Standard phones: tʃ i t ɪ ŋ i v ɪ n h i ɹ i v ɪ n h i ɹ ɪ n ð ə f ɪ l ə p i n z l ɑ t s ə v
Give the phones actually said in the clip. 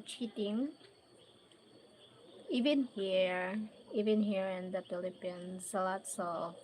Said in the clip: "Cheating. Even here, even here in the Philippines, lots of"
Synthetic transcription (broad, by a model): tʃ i t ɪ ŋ i v ɪ n h i ɹ i v ɪ n h i ɹ ɪ n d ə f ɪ l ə p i n s l ɑ t s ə